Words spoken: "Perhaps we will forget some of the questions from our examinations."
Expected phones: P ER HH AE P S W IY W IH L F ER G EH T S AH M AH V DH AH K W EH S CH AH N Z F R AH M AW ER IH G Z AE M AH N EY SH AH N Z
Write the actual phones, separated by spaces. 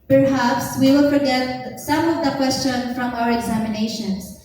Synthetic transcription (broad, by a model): P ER HH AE P S W IY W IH L F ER G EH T S AH M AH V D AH K W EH S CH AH N F R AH M AW ER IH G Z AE M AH N EY SH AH N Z